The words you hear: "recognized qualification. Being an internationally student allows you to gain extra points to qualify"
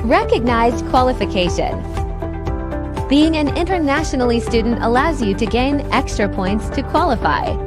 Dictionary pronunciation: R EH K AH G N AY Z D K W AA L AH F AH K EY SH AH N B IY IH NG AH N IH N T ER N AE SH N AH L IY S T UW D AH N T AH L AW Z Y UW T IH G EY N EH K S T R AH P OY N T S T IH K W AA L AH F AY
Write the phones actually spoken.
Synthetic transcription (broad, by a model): R EH K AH G N AY Z D K W AA L AH F AH K EY SH AH N B IY IH NG AH N IH N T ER N AE SH N L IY S T UW D N T AH L AW Z Y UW T IH G EY N EH K S T R AH P OY N T S T IH K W AA L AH F AY